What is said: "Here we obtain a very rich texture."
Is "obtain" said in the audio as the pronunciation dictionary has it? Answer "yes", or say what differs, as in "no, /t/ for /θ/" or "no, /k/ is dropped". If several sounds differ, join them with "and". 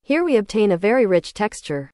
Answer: yes